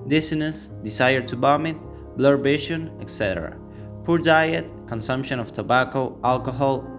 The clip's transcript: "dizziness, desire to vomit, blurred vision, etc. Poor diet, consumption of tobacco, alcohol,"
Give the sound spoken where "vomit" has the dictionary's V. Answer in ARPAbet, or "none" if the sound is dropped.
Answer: B